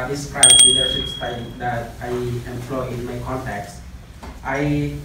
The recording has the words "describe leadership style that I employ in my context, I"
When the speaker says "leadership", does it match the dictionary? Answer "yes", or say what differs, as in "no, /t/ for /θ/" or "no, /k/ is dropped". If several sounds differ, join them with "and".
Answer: no, /s/ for /ʃ/